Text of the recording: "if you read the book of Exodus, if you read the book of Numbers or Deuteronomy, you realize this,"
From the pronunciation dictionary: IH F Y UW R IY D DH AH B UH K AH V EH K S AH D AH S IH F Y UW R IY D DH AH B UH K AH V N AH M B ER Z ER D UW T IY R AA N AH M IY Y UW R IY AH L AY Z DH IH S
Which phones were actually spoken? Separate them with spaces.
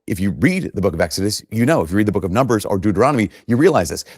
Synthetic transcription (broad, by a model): IH F Y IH R IY D DH AH B UH K AH V EH K S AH D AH S IH F Y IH R IY D DH AH B UH K AH V N AH M B ER Z ER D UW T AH R AA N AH M IY Y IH R IY AH L AY Z DH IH S